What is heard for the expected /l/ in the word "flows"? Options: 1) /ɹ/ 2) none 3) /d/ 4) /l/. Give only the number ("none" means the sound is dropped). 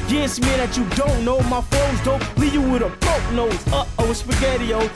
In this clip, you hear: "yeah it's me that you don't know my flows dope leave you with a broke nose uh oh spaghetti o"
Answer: 2